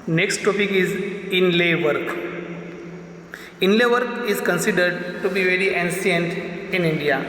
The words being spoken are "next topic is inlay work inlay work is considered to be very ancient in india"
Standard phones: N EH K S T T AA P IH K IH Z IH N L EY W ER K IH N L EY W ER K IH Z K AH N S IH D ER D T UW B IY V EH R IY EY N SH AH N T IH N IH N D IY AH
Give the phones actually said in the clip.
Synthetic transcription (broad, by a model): N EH K S T T AA P IH K IH Z IH N L EY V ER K IH N L EY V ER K IH Z K AH N S IH D ER D T UW B IY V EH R IY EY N S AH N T IH N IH N D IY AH